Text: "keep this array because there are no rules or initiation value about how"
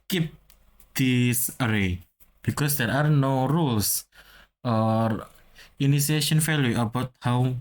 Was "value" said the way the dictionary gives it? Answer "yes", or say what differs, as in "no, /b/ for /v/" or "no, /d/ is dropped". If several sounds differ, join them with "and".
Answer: no, /f/ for /v/